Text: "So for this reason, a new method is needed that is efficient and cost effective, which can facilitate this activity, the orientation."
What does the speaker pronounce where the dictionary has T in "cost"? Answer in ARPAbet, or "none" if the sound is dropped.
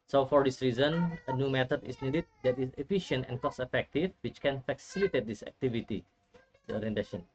none